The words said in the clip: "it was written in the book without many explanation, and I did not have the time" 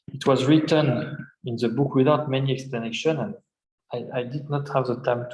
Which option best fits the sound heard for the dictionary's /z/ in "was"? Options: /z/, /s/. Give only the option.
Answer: /z/